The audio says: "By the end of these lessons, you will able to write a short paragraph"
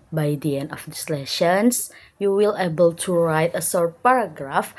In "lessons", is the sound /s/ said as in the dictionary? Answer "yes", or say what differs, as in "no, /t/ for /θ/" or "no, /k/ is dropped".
no, /ʃ/ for /s/